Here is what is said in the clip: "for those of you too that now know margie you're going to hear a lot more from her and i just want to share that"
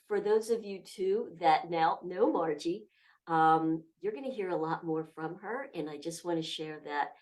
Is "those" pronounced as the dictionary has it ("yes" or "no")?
yes